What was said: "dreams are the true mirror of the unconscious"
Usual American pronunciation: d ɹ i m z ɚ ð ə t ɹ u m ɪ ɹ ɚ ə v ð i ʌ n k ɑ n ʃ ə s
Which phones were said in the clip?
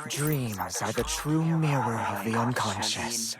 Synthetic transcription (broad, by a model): d ɹ i m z ɚ ð ə t ɹ u m ɪ ɹ ɚ ə v ð i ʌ n k ɑ n ʃ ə s